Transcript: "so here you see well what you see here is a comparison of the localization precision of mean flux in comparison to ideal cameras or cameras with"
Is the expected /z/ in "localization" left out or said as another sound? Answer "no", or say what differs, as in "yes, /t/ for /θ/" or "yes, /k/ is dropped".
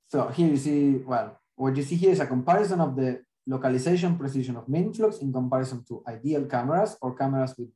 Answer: yes, /s/ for /z/